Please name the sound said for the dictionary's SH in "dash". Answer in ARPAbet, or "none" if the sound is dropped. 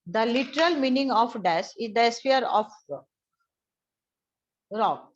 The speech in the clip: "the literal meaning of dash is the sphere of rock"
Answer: S